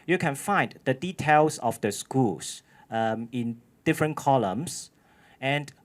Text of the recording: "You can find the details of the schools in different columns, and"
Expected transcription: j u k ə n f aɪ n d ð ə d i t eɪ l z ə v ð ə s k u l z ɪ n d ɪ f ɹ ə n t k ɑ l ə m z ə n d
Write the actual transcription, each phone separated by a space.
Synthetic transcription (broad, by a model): j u k ə n f aɪ n d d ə d i t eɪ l s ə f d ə s k u l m ɪ n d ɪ f ɹ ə n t k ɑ l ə m s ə n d